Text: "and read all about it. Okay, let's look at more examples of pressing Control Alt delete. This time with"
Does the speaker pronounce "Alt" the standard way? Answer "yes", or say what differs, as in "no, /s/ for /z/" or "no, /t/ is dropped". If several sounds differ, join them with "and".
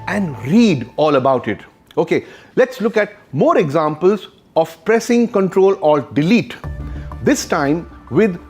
no, /l/ is dropped